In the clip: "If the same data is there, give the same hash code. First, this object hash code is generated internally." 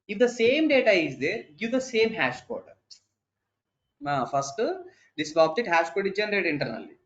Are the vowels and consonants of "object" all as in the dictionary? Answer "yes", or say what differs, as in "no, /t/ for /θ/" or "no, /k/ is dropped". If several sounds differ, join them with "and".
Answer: no, /k/ is dropped